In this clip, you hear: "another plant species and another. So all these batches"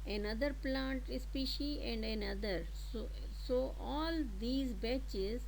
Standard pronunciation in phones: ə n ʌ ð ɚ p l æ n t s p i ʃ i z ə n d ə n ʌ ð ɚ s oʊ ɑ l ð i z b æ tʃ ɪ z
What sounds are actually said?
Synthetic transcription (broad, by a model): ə n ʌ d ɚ p l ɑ n t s p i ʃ i ə n d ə n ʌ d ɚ s oʊ ɑ l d i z b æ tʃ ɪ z